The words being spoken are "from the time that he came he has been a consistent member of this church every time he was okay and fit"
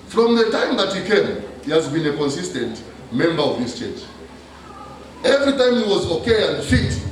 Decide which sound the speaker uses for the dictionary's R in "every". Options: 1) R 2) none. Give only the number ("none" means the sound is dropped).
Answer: 1